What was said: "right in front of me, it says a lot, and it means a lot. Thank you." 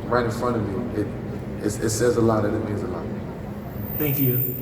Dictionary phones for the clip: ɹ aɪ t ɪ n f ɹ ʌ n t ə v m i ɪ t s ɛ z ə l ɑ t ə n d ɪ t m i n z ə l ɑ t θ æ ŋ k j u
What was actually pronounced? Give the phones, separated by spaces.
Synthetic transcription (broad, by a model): ɹ aɪ t ɪ n f ɹ ʌ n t ə v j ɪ ɪ t s ɛ z ə l ɑ t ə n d ɪ t m i n z ə l ɑ t θ æ ŋ k j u